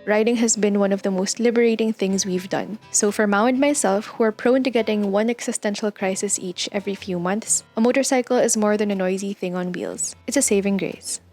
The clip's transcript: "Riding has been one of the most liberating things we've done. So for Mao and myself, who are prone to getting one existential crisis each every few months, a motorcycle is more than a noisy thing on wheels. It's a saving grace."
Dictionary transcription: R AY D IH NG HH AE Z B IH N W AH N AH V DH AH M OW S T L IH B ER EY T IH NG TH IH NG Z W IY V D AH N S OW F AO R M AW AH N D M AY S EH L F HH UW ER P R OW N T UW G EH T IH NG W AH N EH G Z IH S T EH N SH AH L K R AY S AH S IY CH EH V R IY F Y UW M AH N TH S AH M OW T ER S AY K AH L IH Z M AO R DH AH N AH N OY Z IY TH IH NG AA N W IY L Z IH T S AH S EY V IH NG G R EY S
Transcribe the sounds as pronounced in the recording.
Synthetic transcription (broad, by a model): R AY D IH NG HH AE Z B IH N W AH N AH V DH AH M OW S T L IH B ER EY T IH NG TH IH NG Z W IY V D AH N S OW F AO R M AW AH N D M AY S EH L F HH UW ER P R OW N T UW G EH T IH NG W AH N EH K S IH S T EH N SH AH L K R AY S AH S IY CH EH V R IY F Y UW M AH N TH S AH M OW T ER S AY K AH L IH Z M AO R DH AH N AH N OY Z IY TH IH NG AA N W IY L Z IH T S AH S EY V IH NG G R EY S